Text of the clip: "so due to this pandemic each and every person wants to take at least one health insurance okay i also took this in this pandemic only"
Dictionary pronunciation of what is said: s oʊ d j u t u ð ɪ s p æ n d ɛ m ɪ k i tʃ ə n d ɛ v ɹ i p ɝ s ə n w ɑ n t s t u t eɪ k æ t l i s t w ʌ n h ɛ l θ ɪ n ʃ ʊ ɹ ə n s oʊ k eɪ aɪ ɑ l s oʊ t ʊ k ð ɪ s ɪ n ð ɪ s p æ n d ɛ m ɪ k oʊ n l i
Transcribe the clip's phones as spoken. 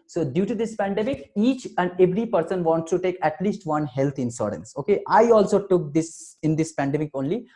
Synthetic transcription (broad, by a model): s oʊ d j u t u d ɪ s p æ n d ɛ m ɪ k i tʃ ə n d ɛ v ɹ i p ɝ s ə n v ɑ n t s t u t eɪ k æ t l i s t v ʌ n h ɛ l t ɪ n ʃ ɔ ɹ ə n s oʊ k eɪ aɪ ɑ l s oʊ t ʊ k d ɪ s ɪ n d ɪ s p æ n d ɛ m ɪ k oʊ n l i